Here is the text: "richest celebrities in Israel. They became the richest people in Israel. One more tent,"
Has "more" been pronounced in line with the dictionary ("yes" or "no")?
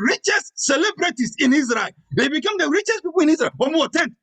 no